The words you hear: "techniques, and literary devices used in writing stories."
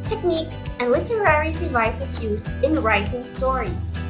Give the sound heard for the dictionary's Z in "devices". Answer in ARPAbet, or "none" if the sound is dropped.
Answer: S